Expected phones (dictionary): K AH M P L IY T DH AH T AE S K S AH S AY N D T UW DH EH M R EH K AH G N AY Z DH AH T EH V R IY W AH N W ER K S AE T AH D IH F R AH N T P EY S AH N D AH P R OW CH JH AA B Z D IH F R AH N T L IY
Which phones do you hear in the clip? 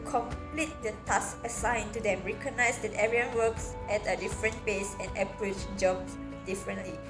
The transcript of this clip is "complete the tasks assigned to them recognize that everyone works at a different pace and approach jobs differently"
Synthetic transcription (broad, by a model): K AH M P L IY T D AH T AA S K AH S AY N T UW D EH M R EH K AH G N AY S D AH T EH R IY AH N W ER K S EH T AH D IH F R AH N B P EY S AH N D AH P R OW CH JH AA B S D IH F R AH N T L IY